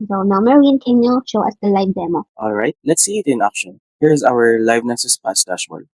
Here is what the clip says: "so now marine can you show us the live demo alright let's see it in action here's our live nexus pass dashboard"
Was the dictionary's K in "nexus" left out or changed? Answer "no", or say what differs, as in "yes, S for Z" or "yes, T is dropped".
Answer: yes, K is dropped